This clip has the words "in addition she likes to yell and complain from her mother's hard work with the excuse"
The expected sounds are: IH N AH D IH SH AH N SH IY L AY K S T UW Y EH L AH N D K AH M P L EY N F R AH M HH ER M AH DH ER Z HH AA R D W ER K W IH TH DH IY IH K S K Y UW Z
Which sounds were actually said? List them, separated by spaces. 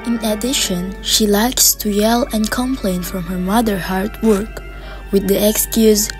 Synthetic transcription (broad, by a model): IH N AH D IH SH AH N SH IY L AY K S T UW Y EH L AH N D K AH M P L EY N F R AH M HH ER M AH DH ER HH AA R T W ER K W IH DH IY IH K S K Y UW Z